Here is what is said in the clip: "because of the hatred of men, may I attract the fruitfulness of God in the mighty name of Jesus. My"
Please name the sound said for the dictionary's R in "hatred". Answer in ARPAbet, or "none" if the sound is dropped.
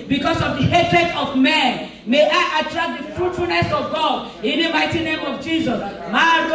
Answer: R